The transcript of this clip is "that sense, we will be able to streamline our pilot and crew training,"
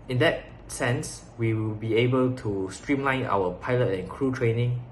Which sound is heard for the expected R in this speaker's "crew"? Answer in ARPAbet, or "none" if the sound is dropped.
R